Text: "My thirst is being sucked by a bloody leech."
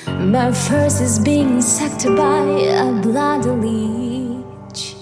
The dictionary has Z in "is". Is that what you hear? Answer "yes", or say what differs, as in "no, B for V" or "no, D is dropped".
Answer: yes